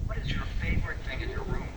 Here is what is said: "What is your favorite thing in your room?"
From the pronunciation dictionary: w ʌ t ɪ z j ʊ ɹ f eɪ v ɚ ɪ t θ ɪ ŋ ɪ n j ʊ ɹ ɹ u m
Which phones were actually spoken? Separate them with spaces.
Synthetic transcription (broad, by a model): w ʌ t ɪ z j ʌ ɹ f eɪ v ɚ ɪ t θ ɪ ŋ ɪ n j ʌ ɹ ɹ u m